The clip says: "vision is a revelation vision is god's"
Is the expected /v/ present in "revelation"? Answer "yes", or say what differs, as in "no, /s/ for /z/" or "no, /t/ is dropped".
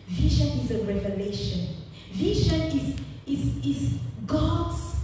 yes